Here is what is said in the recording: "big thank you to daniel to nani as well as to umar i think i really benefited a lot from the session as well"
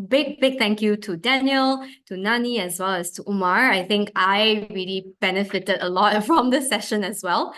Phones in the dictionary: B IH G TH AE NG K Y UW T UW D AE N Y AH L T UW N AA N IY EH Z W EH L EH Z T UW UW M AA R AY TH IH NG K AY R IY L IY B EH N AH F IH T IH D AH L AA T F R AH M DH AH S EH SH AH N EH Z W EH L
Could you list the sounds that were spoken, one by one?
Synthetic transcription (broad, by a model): B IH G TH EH NG K Y UW T UW D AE N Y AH L T UW N AA N IY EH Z W EH L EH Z T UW UW M AA R AY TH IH NG K AY R IY L IY B EH N AH F IH T IH D AH L AA T F R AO M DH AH S EH SH AH N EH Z W EH L